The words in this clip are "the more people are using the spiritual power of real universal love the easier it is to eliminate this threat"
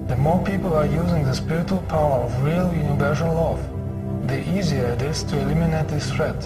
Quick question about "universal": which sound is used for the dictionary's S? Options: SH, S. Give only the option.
SH